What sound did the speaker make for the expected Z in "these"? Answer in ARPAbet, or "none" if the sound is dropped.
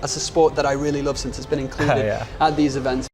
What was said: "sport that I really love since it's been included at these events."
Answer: Z